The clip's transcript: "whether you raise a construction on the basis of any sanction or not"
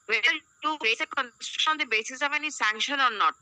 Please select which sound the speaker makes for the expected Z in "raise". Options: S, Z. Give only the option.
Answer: S